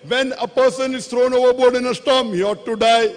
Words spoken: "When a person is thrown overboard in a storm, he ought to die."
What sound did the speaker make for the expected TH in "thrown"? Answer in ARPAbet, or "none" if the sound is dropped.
T